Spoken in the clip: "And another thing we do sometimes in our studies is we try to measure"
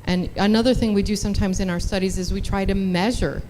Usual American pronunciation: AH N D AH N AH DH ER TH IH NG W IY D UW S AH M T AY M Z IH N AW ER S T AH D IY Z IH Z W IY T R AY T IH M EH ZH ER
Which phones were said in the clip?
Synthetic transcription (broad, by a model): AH N AH N AH DH ER TH IH NG W IY D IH S AH M T AY M Z IH N AW ER S T AH D IY Z IH Z W IY T R AY T IH M EH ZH ER